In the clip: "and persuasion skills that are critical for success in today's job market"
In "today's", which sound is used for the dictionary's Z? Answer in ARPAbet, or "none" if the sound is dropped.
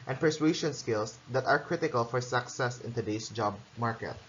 S